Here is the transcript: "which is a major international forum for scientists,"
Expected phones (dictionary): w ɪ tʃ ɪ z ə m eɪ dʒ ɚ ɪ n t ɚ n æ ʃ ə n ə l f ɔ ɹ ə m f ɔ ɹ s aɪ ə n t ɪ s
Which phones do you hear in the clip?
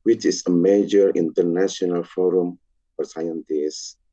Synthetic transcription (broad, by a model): w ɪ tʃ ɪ s ə m eɪ dʒ ɚ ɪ n t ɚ n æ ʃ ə n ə l f ɔ ɹ ə m f ɔ ɹ s aɪ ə n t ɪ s